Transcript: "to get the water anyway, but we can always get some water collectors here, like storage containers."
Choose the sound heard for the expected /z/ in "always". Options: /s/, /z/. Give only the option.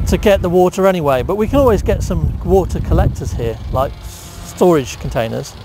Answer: /z/